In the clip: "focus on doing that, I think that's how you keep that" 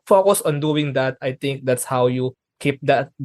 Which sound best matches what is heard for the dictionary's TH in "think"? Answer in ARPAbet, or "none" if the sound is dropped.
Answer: T